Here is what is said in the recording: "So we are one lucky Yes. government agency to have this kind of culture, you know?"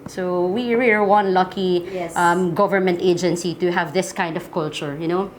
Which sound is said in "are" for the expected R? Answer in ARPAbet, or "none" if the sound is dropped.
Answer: L